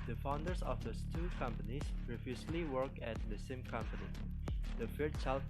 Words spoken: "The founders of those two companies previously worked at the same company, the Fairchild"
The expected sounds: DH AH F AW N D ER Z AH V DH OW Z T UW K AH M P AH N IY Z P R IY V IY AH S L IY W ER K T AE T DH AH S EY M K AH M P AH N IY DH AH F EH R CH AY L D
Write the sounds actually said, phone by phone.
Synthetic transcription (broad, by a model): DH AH F AW N D ER S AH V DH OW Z T UW K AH M P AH N IY S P R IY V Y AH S L IY W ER K AE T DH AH S EY M K AH M P AH N IY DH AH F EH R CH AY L